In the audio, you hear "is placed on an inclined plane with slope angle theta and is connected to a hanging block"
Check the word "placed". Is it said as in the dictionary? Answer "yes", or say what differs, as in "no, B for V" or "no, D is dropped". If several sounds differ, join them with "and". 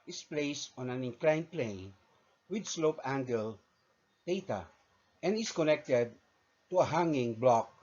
yes